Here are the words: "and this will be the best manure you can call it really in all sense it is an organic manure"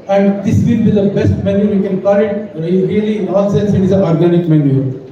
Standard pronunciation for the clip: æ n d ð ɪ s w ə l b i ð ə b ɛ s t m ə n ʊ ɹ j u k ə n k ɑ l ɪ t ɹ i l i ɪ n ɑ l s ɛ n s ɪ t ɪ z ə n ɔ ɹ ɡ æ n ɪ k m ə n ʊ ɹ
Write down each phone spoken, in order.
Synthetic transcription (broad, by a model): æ n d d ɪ s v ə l b i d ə b ɛ s t m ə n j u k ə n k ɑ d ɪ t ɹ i l i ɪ n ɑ n s ɛ n s ɪ t ɪ z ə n ɔ ɹ ɡ æ n ɪ k m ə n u